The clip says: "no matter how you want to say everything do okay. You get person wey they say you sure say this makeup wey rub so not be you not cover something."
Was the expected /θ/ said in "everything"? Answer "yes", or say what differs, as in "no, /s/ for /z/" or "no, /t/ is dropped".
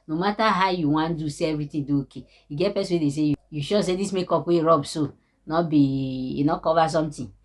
no, /t/ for /θ/